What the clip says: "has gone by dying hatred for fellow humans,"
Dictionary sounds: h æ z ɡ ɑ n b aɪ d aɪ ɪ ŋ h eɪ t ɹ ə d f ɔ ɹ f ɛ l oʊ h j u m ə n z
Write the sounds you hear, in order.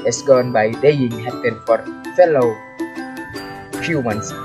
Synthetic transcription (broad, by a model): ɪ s ɡ ɑ n b aɪ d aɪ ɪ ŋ h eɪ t ə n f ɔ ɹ f ɛ l oʊ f j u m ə n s